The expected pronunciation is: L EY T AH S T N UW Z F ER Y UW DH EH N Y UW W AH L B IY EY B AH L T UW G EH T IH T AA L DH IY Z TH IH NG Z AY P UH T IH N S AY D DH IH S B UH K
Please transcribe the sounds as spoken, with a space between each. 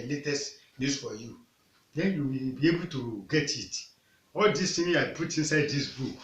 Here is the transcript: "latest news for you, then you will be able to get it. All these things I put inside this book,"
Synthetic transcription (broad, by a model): L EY T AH S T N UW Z F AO Y UW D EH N Y UW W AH B IY EY B AH L T UW G EH T IH T AA L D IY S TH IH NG AY P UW T IH N S AY D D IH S B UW K